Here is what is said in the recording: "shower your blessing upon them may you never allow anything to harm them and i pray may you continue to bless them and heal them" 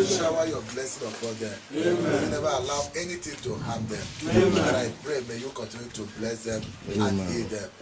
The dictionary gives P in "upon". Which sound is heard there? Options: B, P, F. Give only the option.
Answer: F